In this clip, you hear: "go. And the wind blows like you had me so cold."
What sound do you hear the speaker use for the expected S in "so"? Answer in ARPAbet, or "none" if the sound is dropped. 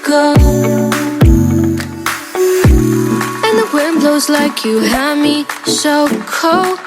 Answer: SH